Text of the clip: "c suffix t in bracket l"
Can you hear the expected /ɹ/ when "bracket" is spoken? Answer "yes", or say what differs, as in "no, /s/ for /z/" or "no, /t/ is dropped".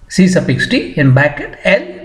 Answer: no, /ɹ/ is dropped